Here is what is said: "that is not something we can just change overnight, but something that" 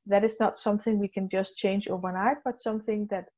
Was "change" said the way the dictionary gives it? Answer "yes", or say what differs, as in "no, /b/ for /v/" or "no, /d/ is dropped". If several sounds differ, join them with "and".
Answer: yes